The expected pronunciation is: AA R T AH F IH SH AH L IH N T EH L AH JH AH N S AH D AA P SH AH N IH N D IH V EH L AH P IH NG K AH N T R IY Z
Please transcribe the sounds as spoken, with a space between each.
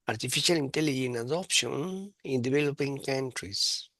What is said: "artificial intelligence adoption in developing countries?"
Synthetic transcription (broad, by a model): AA R T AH F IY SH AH L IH N T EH L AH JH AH N AH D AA P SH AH N IH N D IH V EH L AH P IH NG K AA N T R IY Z